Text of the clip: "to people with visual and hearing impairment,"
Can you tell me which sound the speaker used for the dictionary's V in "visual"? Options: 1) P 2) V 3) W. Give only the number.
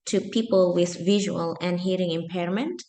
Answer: 2